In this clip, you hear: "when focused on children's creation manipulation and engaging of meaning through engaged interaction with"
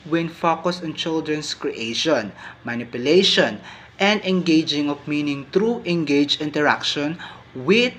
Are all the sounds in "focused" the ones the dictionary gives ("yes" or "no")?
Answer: no